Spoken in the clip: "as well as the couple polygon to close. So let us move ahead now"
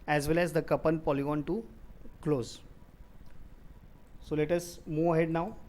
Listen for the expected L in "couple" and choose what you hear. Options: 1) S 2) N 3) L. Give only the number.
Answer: 2